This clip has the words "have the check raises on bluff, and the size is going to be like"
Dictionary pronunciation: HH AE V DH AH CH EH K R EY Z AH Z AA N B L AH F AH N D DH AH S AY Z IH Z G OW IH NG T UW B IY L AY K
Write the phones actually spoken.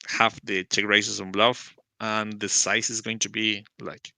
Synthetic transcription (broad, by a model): HH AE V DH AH CH EH K R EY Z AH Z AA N B L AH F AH N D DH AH S AY S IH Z G OW IH NG T UW B IY L AY K